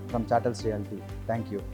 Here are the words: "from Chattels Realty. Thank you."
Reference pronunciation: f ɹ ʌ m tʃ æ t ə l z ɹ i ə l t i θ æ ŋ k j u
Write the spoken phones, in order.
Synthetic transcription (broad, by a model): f ɹ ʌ m tʃ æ t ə l s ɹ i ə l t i t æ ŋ k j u